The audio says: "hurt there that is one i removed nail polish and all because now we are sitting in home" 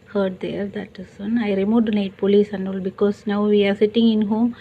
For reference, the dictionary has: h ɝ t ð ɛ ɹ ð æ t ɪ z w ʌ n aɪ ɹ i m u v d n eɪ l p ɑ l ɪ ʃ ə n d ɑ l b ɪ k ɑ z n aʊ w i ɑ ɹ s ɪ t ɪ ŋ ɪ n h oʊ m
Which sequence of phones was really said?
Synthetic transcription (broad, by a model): h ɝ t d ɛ ɹ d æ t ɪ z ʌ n aɪ ɹ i m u d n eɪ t p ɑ l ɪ s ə n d ɑ l b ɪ k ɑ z n aʊ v i ɑ ɹ s ɪ t ɪ ŋ ɪ n h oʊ m